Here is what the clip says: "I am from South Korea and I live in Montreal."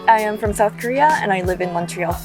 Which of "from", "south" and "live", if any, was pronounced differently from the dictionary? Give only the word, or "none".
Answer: none